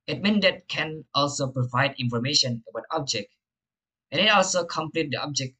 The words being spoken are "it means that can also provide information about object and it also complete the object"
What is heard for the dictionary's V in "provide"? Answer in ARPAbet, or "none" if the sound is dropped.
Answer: V